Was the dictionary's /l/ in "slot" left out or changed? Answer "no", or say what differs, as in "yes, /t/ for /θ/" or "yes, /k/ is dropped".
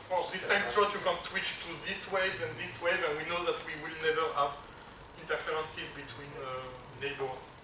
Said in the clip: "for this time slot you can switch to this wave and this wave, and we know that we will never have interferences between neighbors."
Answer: yes, /l/ is dropped